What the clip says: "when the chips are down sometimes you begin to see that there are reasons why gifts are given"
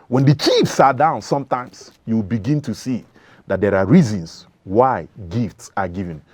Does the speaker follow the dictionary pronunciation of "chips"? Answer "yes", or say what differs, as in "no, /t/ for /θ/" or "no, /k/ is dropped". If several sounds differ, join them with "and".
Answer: no, /f/ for /p/